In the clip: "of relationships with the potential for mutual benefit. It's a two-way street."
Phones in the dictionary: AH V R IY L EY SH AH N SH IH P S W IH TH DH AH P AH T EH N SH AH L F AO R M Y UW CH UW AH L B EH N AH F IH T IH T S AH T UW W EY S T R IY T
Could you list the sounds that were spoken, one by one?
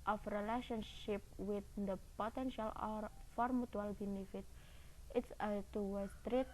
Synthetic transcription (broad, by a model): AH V R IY L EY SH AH N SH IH P W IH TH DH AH P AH T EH N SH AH L F AO R M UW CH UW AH L B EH N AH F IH T IH T S AH T UW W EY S T R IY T